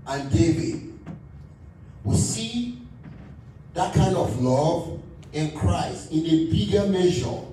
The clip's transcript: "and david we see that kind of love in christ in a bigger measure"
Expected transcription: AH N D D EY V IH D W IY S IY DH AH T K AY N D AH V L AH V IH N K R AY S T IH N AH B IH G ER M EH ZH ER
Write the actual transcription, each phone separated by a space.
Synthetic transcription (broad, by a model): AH N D D EY V IH D W IY S IY DH AH T K AY N D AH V L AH V IH N K R AY S T IH N AH B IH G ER M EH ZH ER